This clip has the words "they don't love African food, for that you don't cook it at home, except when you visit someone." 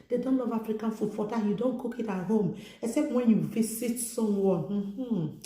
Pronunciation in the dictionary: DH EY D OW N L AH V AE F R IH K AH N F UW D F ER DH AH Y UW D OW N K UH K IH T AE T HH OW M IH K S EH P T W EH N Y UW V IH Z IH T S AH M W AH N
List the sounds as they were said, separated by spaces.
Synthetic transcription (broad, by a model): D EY D OW N L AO V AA F R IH K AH N F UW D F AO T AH Y UW D OW N K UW K IH T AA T HH OW M IH K S EH P T W EH N Y UW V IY S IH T S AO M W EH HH